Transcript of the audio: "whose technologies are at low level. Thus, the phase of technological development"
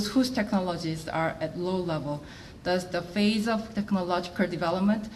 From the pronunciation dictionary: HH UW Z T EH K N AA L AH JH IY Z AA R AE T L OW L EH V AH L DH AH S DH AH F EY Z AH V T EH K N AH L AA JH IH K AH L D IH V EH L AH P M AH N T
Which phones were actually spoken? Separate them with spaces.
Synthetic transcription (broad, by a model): HH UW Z T EH K N AA L AH JH IY Z AA R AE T L OW L EH V AH L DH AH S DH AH F EY Z AH V T EH K N AH L AA JH IH K AH L D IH V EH L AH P M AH N T